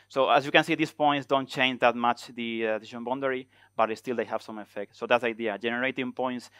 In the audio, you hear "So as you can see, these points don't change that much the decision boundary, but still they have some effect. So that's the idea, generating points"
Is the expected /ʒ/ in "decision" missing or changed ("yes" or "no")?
yes